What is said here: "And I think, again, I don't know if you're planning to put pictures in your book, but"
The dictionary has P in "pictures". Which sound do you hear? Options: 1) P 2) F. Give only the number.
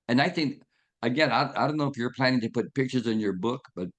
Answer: 1